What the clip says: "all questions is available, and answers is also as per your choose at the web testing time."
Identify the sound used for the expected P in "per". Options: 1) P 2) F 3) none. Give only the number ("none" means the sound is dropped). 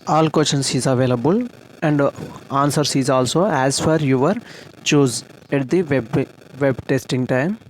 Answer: 2